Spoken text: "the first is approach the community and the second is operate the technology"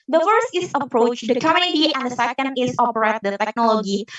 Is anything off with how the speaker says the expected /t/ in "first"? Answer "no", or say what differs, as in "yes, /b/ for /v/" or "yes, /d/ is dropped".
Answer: no